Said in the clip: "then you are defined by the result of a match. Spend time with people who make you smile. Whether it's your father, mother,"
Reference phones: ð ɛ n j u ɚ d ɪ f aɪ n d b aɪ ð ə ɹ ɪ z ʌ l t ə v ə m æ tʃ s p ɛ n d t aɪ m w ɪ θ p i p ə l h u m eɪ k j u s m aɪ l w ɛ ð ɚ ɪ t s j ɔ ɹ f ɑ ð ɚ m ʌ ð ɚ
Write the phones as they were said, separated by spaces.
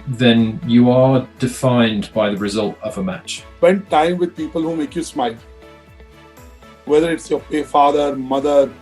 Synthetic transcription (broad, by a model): ð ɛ n j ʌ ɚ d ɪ f aɪ n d b aɪ ð ə ɹ ɪ z ʌ l t ə v ə m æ tʃ s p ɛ n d t aɪ m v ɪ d p i p ə l h u m eɪ k j u s m aɪ l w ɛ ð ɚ ɪ t s j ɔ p f ɑ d ɚ m ʌ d ɚ